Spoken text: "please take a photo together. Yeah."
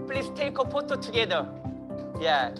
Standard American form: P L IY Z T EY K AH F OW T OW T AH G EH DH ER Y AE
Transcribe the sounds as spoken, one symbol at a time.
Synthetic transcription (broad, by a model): P L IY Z T EY K AH P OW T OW T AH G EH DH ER Y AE